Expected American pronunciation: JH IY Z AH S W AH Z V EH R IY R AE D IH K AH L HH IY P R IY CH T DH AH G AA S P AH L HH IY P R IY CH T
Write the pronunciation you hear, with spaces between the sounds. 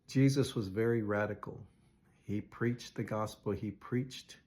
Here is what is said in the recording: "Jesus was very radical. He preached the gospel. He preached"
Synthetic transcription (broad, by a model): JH IY Z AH S W AH Z V EH R IY R AE D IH K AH L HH IY P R IY CH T DH AH G AA S P L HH IY P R IY CH T